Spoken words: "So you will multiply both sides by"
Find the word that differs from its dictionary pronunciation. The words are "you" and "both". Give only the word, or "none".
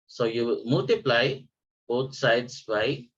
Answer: both